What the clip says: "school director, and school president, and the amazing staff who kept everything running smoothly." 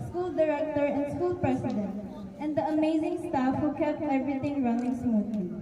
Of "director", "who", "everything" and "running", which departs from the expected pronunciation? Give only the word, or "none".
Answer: everything